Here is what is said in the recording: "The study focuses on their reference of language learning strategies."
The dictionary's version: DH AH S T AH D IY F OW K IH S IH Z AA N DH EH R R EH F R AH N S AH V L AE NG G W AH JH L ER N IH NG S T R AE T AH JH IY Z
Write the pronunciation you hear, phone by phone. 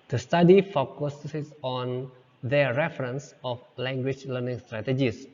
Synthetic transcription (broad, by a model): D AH S T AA D IY F OW K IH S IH S AA N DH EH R R EH F R AH N S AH F L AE NG G W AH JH L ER N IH NG S T R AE T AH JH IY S